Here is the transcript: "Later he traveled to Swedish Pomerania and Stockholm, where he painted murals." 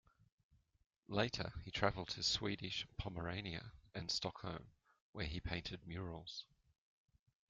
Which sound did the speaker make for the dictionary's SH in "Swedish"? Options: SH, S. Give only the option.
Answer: SH